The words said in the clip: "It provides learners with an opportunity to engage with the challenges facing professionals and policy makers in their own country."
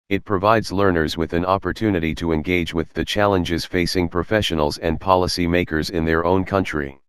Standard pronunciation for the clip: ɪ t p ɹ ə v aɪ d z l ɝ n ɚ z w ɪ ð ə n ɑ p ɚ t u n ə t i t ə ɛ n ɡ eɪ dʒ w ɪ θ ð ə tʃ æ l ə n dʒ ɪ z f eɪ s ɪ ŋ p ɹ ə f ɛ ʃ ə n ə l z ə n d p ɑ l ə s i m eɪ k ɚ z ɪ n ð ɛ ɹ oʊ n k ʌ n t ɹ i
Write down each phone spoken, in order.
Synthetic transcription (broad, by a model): ɪ t p ɹ ə v aɪ d z l ɝ n ɚ z w ɪ ð ə n ɑ p ɚ t u n ə t i t ə ɛ n ɡ eɪ dʒ w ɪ ð ə tʃ æ l ə n dʒ ɪ z f eɪ s ɪ ŋ p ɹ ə f ɛ ʃ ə n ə l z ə n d p ɑ l ə s i m eɪ k ɚ z ɪ n ð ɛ ɹ oʊ n k ʌ n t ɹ i